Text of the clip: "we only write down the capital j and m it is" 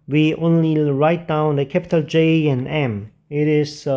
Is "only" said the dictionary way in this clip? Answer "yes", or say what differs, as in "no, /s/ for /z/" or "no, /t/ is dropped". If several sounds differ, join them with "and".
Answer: yes